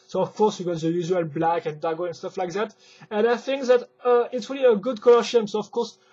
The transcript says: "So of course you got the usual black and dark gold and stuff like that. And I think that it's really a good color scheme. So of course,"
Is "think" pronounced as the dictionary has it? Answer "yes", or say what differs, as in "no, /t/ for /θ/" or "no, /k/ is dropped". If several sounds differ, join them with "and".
yes